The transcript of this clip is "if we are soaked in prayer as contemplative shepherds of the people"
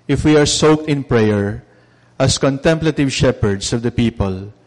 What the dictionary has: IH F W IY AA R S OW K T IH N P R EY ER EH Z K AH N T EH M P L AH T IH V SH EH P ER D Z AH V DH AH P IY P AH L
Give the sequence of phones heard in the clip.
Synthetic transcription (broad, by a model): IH F W IY AA R S OW K T IH N P R EY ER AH S K AH N T EH M P L AH T IH V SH EH P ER D S AH V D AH P IY P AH L